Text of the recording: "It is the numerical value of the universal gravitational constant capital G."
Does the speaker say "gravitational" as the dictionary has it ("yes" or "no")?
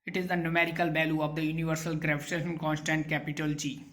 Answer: no